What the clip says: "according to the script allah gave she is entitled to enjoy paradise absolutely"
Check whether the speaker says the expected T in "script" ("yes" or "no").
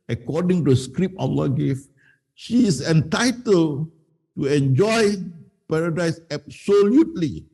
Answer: no